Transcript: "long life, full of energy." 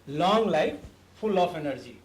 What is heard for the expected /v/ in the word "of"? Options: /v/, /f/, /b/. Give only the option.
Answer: /f/